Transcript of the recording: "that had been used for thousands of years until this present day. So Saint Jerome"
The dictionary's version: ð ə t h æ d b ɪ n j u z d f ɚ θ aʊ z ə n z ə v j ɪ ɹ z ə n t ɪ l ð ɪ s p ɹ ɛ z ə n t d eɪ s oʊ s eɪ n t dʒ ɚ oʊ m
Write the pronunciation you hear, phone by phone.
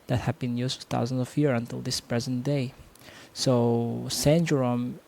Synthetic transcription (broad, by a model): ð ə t h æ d b ɪ n j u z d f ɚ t aʊ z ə n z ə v j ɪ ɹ ə n t ɪ l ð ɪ s p ɹ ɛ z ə n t d eɪ s oʊ s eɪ n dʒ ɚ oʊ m